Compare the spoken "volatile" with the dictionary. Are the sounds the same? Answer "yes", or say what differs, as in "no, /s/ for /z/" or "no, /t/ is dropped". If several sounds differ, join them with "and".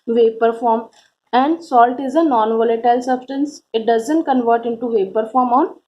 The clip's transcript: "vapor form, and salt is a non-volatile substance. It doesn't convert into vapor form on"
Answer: yes